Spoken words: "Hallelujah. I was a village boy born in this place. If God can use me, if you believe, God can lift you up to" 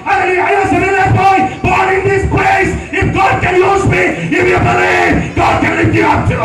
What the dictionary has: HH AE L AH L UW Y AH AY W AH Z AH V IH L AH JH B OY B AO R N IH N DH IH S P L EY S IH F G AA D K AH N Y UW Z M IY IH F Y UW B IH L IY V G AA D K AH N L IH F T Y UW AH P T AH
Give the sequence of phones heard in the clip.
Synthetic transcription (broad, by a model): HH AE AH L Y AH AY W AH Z AH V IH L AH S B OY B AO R IH N DH IH S P L EY S IH F G AA D K AH N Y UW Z M IY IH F Y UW B IH L IY V G AA D K AH N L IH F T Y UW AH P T